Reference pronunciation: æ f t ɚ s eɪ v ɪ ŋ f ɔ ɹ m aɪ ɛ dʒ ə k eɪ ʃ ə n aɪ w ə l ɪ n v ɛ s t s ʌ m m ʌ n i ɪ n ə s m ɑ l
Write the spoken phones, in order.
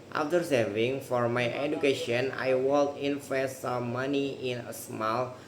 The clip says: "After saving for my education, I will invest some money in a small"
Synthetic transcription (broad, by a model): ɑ f t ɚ s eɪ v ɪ ŋ f ɔ ɹ m aɪ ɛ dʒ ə k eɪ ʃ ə n aɪ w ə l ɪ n f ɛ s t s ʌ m m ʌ n i ɪ n ə s m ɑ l